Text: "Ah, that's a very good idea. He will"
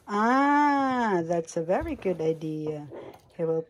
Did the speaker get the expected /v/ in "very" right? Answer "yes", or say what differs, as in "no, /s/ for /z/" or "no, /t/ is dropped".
yes